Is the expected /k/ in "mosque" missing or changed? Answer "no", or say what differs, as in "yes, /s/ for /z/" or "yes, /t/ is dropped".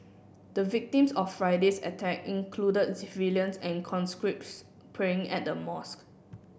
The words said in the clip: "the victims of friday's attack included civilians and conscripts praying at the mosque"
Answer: no